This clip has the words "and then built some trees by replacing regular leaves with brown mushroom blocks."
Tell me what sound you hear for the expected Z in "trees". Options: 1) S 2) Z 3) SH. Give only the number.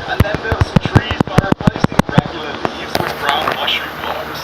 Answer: 2